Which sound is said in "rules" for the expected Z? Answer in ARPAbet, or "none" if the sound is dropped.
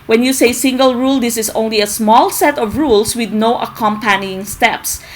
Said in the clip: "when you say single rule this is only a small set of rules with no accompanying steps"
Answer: S